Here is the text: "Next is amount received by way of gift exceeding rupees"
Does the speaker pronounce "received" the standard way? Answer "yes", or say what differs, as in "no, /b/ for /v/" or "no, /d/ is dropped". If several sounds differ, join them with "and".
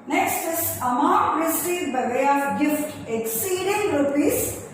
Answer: no, /v/ is dropped